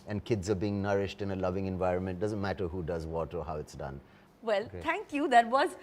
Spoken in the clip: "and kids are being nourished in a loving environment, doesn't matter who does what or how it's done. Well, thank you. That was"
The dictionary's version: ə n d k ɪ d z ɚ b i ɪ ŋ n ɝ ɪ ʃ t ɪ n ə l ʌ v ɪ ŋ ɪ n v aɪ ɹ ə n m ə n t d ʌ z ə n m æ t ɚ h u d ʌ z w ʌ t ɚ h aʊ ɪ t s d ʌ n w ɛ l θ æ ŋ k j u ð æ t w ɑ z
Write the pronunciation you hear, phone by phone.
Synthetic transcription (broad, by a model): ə n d k ɪ d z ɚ b i ɪ ŋ n ɝ ɪ ʃ t ɪ n ə l ʌ v ɪ ŋ ɪ n v aɪ ɹ ə n m ə n t d ʌ z ə n m æ t ɚ h u d ʌ z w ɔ t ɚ h aʊ ɪ t s d ʌ n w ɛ l t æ ŋ k j u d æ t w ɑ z